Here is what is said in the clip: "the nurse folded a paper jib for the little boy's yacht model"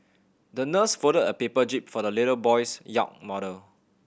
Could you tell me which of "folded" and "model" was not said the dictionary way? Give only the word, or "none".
folded